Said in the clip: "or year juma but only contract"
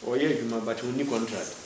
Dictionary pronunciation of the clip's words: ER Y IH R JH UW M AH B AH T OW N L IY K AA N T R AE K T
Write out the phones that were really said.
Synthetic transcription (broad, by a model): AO Y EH JH UW M AH B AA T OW N IY K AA N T R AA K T